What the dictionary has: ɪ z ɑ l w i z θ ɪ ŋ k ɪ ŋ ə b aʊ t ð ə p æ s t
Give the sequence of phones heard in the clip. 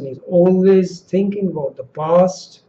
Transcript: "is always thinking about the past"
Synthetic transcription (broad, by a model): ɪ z ɑ l w i z θ ɪ ŋ k ɪ ŋ ə b aʊ t ð ə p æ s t